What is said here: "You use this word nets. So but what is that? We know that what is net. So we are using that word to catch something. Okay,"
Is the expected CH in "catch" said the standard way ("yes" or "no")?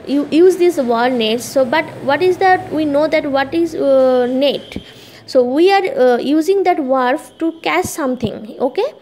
no